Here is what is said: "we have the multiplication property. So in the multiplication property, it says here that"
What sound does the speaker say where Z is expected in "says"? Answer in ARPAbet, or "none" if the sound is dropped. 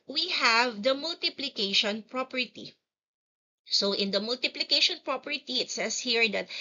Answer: S